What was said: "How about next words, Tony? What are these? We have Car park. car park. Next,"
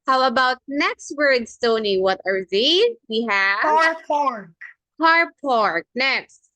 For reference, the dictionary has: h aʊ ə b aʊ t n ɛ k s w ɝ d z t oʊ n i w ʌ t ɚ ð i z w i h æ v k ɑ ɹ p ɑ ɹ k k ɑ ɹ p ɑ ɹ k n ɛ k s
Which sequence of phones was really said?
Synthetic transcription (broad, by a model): h aʊ ə b aʊ t n ɛ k s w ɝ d s t oʊ n i w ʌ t ɚ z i w i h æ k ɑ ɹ p ɑ ɹ k k ɑ ɹ p ɑ ɹ k n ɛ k s